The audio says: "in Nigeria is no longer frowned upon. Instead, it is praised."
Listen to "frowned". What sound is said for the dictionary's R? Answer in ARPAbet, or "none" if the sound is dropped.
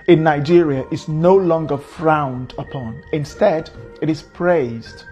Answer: R